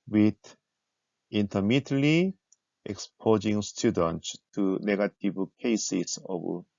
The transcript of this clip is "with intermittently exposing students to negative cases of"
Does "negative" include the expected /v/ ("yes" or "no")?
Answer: no